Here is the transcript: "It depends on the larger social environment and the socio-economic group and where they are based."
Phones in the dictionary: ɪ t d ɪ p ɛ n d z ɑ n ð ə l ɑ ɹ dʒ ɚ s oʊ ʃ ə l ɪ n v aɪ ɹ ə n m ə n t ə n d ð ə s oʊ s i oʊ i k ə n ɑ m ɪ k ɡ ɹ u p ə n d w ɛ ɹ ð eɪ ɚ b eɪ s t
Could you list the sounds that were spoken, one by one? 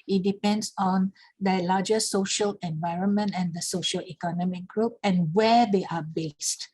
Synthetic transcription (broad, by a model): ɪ t d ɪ p ɛ n d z ɑ n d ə l ɑ dʒ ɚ s oʊ ʃ ə l ɪ n v aɪ ɹ ə n m ə n t ə n d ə s oʊ ʃ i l i k ə n ɑ m ɪ k ɡ ɹ u p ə n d w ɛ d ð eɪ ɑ b eɪ s t